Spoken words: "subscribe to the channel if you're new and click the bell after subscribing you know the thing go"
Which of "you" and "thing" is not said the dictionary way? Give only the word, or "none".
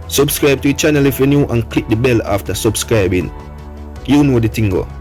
thing